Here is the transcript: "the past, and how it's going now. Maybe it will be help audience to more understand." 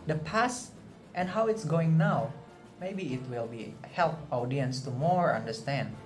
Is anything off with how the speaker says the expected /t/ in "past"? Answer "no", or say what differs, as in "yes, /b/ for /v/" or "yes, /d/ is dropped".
no